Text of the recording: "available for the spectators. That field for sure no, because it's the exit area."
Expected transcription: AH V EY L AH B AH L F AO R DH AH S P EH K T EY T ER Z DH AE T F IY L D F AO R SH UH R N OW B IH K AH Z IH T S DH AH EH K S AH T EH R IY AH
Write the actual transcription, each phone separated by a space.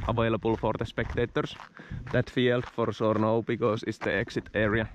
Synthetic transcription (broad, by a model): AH V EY L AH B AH L F AO R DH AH S P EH K T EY T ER S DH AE T F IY L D F AO R S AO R N OW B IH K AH S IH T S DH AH EH K S AH T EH R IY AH